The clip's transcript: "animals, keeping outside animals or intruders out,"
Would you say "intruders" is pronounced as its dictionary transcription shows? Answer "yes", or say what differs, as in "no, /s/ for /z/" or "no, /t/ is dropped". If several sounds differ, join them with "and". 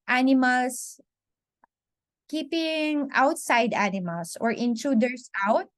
no, /s/ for /z/